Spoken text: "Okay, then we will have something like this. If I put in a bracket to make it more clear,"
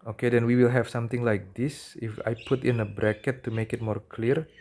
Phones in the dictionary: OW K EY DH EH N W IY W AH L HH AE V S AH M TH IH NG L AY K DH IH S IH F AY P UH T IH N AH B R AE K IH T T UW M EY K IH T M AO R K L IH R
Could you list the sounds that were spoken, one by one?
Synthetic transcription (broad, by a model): OW K EY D EH N W IY W AH L HH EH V S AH M T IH NG L AY K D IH S IH F AY P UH T IH N AH B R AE K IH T T UW M EY K IH T M AO R K L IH R